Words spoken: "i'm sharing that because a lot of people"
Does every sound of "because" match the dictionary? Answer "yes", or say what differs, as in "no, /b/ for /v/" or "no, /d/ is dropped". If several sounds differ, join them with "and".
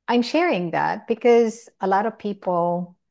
yes